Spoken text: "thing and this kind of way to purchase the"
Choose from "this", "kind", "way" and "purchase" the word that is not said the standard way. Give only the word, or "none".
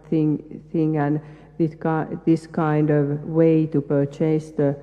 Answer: none